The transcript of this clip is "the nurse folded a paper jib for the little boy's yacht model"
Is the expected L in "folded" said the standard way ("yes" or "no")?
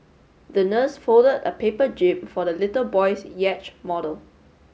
yes